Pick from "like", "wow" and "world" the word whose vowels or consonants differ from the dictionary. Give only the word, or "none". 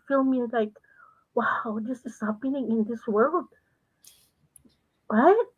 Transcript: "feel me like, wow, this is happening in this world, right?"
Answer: none